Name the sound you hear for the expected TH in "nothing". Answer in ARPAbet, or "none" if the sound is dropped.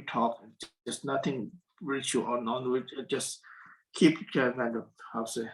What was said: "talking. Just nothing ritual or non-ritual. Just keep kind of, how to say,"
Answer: T